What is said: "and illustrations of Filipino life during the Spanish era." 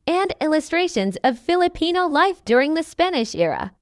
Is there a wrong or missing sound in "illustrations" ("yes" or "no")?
no